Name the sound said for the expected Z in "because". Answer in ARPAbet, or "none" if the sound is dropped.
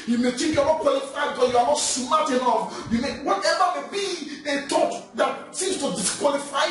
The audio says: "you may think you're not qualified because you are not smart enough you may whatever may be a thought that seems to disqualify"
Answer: none